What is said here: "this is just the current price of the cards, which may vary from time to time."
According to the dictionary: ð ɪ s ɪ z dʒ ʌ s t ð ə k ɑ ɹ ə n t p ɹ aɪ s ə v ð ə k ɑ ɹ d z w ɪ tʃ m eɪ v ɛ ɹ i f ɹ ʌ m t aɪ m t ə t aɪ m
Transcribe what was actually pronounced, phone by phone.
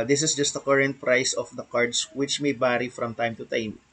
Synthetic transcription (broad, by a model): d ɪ s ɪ s dʒ ʌ s t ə k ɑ ɹ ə n t p ɹ aɪ s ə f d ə k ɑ ɹ d s w ɪ tʃ m eɪ b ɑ ɹ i f ɹ ʌ m t aɪ m t ə t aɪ m